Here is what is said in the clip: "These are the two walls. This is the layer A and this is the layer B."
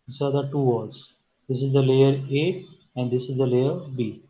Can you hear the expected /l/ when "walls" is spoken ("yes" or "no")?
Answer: no